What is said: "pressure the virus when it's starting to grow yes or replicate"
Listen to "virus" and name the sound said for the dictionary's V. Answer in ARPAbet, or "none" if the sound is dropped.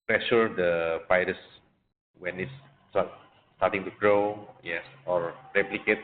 P